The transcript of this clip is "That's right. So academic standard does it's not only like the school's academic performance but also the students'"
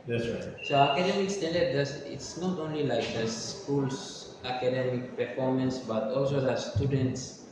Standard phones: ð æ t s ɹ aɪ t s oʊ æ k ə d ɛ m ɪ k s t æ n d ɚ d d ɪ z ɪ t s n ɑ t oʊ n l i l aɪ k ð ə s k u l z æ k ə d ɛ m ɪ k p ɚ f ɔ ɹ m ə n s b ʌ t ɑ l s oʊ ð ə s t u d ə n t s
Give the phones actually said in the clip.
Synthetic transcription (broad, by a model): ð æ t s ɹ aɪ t s oʊ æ k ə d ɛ m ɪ k s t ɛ n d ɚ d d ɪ s ɪ t s n ɑ t oʊ n l i l aɪ k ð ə s k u l s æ k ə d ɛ m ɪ k p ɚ f ɔ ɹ m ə n s b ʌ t ɑ l s oʊ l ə s t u d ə n t s